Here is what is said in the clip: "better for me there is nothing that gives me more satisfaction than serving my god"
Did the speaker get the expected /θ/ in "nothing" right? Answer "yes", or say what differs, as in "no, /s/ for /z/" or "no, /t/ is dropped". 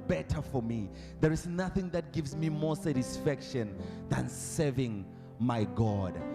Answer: yes